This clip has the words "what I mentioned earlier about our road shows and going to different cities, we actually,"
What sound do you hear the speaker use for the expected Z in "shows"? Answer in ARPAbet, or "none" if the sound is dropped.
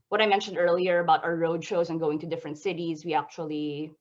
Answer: Z